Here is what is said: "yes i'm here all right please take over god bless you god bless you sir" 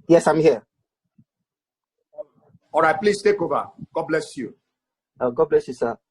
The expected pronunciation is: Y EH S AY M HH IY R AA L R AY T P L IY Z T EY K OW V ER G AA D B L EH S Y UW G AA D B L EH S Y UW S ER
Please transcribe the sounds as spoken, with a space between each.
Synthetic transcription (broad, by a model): Y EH S AY M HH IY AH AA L R AY T P L IY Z T EY K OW B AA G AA B L EH S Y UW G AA B L EH S Y UW S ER